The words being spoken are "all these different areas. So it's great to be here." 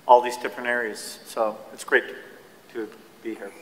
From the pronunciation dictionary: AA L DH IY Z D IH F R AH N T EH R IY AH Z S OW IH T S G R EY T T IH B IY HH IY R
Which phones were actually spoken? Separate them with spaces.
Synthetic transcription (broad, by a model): AA L DH IY Z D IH P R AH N EH R IY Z S OW IH T S G R EY T T IH B IY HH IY R